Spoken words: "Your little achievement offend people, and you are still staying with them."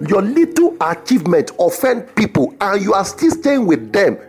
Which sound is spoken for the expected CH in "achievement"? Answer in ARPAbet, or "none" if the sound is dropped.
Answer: CH